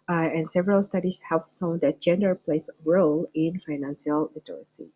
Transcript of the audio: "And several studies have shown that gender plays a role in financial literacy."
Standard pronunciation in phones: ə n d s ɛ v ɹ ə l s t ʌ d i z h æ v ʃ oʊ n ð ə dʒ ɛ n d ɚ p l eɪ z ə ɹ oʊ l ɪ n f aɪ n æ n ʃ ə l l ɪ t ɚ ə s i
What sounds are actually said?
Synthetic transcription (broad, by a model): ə n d s ɛ v ɹ ə l s t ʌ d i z h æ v s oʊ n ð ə dʒ ɛ n d ɚ p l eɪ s ɹ oʊ l ɪ n f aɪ n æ n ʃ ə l l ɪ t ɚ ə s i